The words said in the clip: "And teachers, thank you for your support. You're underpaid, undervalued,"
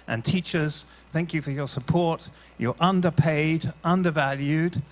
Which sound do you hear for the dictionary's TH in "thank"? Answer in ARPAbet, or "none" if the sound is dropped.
TH